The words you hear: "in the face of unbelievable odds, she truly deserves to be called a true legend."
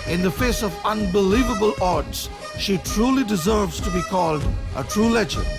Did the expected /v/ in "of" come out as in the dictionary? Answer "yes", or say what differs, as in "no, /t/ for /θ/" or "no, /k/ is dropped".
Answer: yes